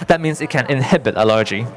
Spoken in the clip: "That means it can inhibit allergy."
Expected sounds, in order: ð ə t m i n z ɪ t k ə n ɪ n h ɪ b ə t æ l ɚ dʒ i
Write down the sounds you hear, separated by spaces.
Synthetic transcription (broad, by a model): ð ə t m i n s ɪ t k ə n ɪ n h ɪ b ə t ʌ l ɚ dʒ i